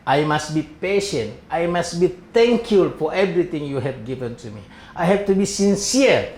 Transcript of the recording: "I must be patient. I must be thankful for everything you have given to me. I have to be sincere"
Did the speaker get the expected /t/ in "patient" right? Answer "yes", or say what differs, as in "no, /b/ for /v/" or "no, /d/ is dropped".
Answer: yes